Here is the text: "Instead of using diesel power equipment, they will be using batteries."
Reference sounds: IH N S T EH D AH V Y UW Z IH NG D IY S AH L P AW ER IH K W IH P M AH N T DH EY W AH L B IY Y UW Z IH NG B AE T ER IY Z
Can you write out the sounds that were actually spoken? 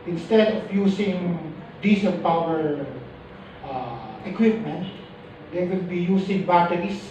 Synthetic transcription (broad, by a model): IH N S T EH D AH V Y UW S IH NG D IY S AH N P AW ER IH K W IH P M AH N T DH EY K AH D B IY Y UW S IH NG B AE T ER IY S